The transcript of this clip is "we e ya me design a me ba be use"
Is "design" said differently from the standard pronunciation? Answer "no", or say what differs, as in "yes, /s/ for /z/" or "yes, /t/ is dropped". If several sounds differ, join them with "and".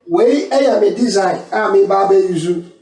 yes, /n/ is dropped